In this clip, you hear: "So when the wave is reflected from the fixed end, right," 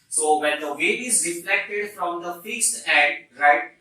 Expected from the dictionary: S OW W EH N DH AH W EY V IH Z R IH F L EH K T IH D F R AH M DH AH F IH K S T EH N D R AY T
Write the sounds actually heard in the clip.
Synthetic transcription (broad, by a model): S OW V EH N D AH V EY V IH Z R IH F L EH K T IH D F R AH M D AH F IH K S T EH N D R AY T